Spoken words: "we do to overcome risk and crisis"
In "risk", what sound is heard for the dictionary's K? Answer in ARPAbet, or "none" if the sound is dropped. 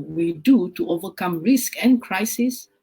K